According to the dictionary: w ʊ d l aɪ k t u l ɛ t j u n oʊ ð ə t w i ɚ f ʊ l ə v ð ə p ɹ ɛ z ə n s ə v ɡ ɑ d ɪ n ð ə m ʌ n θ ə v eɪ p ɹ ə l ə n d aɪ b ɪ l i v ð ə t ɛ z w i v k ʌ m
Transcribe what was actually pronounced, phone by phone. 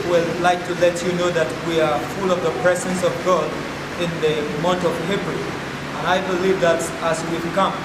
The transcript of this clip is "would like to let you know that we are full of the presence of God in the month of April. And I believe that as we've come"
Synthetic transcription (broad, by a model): w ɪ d l aɪ k t u l ɛ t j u n oʊ ð ə t w i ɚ f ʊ l ə v ð ə p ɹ ɛ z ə n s ə v ɡ ɑ d ɪ n ð ə m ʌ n t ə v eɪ b ɹ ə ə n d aɪ b ɪ l i v ð ə t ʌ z w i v k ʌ m